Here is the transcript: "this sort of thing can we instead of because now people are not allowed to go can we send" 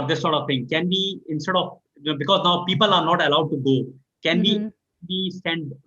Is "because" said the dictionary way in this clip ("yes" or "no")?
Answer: yes